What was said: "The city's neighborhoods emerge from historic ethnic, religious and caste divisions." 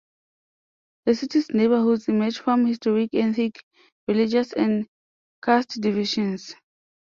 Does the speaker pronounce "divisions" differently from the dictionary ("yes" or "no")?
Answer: yes